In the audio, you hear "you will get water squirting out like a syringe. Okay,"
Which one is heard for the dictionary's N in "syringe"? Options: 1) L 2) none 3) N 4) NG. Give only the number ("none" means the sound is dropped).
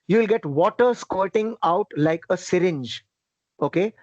3